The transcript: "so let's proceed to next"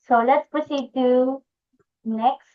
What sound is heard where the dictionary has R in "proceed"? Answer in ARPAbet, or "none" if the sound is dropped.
none